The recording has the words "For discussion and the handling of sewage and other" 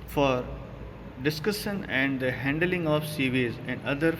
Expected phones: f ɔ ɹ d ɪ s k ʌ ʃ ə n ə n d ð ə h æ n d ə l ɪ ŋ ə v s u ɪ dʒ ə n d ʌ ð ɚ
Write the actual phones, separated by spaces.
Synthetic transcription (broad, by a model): f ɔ ɹ d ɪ s k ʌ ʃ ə n ə n d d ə h æ n d ə l ɪ ŋ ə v s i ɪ z ə n d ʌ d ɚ